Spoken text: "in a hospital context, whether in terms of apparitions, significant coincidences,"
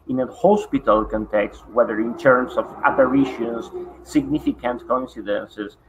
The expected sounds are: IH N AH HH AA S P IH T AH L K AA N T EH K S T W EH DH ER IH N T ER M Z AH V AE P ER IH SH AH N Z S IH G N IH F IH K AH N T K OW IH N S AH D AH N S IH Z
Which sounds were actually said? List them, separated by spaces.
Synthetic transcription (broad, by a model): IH N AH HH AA S P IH T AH L K AA N T EH K S T W EH DH ER IH N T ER M S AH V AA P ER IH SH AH N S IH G N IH F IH K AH N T K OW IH N S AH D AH N S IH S